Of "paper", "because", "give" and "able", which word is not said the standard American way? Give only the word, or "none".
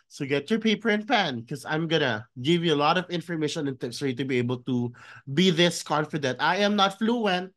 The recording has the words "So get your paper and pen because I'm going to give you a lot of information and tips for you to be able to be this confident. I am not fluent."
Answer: because